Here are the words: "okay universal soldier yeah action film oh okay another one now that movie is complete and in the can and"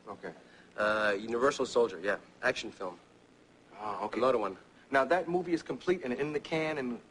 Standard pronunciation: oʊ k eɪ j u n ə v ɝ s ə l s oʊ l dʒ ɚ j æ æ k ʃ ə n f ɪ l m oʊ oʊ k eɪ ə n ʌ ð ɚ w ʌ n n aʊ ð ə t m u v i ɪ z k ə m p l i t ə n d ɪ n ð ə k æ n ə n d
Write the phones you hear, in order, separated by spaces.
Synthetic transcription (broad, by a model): oʊ k eɪ j u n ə v ɝ s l s oʊ l dʒ ɚ j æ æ k ʃ n f ɪ l m oʊ oʊ k eɪ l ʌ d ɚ w ʌ n n aʊ ð ə t m u v i ɪ z k ə m p l i t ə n ɪ n ð ə k æ n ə n